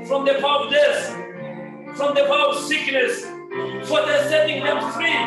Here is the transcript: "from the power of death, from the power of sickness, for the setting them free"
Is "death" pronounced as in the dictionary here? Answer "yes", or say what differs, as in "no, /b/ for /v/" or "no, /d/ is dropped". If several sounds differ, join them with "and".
no, /s/ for /θ/